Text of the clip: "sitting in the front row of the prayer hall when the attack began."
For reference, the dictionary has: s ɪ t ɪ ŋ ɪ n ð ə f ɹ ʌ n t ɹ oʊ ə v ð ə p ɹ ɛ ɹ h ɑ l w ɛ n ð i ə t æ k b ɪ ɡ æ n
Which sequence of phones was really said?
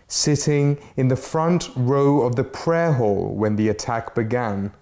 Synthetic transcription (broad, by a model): s ɪ t ɪ ŋ ɪ n ð ə f ɹ ʌ n t ɹ oʊ ə v ð ə p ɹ ɛ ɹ h ɑ l w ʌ n ð i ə t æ k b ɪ ɡ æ n